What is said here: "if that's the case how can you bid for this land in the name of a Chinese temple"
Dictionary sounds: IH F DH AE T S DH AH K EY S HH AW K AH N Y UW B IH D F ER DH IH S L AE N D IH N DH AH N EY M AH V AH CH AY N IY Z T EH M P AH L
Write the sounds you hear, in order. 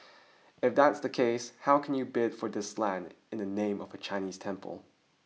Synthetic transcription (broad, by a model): IH F DH AE T S DH AH K EY S HH AW K N Y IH B IH D F ER DH IH S L AE N D IH N DH AH N EY M AH V AH CH AY N IY Z T EH M P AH L